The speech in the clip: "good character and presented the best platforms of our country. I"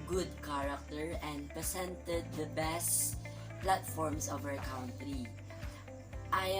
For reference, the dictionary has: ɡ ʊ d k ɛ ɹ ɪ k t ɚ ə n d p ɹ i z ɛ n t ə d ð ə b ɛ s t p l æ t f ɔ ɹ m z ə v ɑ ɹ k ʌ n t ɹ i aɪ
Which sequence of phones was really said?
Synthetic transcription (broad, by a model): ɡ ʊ d k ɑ ɹ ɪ k t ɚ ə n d p ɹ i s ɛ n t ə d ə b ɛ s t p l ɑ t f ɔ ɹ m s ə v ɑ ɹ k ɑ n t ɹ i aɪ